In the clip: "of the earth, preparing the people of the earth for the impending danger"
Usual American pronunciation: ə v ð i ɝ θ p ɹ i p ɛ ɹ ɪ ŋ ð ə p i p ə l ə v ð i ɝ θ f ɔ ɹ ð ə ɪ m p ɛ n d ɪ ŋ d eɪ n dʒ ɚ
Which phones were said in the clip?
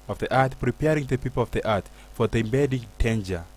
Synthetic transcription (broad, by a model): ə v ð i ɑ t p ɹ i p ɛ ɹ ɪ ŋ ð ə p i p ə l ə v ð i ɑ t f ɔ ɹ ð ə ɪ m b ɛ d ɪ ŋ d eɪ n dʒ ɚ